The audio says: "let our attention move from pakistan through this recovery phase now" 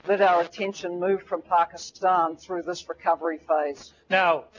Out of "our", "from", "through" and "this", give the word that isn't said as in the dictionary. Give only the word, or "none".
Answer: none